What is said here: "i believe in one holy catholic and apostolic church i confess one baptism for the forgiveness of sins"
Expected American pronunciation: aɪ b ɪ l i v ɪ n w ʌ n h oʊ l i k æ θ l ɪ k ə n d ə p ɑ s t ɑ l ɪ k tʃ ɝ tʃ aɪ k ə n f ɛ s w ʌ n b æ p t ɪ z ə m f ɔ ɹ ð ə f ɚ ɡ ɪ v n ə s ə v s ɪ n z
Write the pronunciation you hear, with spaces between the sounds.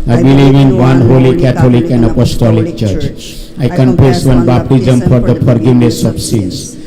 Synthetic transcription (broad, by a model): aɪ b ɪ l i v ɪ n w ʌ n h oʊ l i k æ t l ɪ k ə n d ə p ɑ s t ɑ l ɪ k tʃ ɝ tʃ aɪ k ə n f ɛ s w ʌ n b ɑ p t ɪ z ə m f ɔ ɹ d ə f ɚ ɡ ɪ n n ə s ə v s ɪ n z